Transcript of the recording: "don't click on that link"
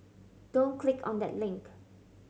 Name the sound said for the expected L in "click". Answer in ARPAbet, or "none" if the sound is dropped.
L